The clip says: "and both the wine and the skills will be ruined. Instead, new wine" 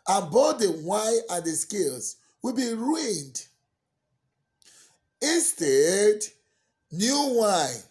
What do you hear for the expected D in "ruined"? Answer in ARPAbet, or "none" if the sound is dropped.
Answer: D